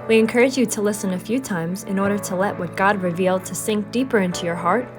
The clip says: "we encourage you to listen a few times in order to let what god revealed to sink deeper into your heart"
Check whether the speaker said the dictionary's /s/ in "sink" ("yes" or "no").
yes